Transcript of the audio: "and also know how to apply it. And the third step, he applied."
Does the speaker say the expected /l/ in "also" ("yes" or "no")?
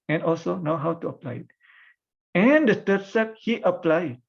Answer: yes